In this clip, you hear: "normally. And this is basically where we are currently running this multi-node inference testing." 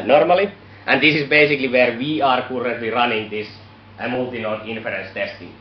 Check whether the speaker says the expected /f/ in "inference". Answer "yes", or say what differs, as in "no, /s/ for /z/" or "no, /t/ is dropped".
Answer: yes